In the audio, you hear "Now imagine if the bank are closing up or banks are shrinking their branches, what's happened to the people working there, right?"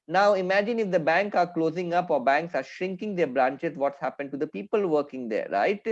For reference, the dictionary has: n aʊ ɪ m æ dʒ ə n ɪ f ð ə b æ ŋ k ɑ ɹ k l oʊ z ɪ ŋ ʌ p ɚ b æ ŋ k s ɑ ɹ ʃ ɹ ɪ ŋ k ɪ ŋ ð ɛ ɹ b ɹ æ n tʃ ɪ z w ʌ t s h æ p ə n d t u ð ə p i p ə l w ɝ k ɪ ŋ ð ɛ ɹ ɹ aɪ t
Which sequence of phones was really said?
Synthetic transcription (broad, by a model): n aʊ ɪ m æ dʒ ə n ɪ f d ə b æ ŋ k ɑ ɹ k l oʊ z ɪ ŋ ʌ p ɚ b æ ŋ k s ɑ ɹ ʃ ɹ ɪ ŋ k ɪ ŋ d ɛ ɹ b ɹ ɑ n tʃ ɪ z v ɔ t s h æ p ə n d t u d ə p i p ə l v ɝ k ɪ ŋ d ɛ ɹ ɹ aɪ t